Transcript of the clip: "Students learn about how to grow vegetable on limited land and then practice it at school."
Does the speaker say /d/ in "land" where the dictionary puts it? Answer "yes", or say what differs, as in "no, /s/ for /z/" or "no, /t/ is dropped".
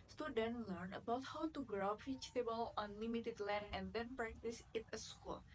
no, /d/ is dropped